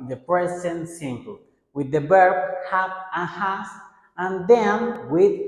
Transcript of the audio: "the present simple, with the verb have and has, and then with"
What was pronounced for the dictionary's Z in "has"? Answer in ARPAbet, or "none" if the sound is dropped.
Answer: S